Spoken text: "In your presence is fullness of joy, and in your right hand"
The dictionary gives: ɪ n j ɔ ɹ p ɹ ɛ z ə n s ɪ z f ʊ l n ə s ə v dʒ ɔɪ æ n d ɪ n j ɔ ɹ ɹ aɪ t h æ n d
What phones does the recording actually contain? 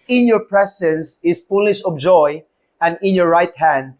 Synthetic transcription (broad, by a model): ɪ n j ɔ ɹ p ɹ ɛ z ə n s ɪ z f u l ə ʃ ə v dʒ ɔɪ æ n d ɪ n j ɔ ɹ ɹ aɪ t h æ n d